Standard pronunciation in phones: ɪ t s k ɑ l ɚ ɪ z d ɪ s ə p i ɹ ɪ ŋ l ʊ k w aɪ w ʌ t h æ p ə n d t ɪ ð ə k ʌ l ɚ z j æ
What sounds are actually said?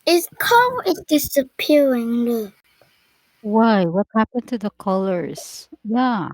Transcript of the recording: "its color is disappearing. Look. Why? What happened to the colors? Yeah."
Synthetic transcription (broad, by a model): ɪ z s k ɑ ɚ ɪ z d ɪ s ə p i ɹ ɪ ŋ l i w aɪ w ʌ t h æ p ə n t ɪ ð ə k ʌ l ɚ z j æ